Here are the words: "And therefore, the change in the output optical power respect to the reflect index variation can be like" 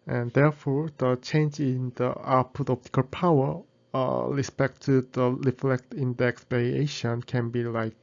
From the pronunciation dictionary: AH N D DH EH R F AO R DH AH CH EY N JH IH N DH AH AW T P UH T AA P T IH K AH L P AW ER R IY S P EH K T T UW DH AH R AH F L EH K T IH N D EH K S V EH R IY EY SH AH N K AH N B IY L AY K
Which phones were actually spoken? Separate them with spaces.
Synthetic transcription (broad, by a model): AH N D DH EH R F AO R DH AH CH EY N JH IH N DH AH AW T P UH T AA P T IH K AH L P AW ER R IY S P EH K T T UW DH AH R AH F L EH K T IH N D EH K S P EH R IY EY SH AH N K AH N B IY L AY K